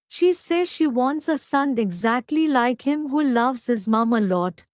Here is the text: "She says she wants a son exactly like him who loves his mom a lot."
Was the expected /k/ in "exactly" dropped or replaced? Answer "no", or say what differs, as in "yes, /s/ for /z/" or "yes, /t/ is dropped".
no